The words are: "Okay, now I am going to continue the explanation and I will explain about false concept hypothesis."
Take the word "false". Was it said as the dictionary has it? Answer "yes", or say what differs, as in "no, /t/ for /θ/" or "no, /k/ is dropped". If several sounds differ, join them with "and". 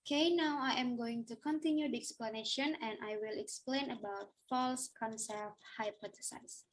yes